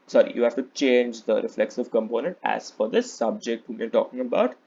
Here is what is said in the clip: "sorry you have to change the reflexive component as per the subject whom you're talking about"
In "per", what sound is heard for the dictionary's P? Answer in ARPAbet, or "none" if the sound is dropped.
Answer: F